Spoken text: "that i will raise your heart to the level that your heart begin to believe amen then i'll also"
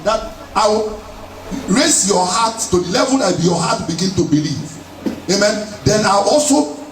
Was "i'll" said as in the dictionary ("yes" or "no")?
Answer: no